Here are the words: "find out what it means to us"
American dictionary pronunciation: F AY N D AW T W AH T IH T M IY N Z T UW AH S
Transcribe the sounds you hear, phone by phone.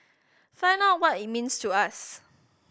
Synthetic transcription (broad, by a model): F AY N AW T W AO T IH T M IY N S T UW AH S